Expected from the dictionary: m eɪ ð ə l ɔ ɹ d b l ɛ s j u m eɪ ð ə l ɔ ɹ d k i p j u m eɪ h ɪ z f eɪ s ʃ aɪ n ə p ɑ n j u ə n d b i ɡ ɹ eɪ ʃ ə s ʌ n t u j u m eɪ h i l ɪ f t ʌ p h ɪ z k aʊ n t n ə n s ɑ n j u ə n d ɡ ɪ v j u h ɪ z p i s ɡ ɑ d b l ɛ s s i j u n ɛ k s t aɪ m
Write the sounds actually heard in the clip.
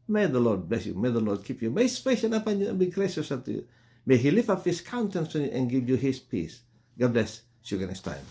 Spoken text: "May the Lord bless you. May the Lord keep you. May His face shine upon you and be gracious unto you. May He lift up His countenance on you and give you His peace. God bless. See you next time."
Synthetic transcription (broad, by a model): m eɪ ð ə l ɔ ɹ d b l ɛ s j u m eɪ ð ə l ɔ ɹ d k i p j u m eɪ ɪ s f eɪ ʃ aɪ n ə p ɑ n j u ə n b i ɡ ɹ eɪ ʃ ə s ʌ t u j u m eɪ h i l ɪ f ʌ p h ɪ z k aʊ n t ə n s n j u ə n ɡ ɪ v j u h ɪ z p i s ɡ ɑ d b l ɛ s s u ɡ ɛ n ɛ s t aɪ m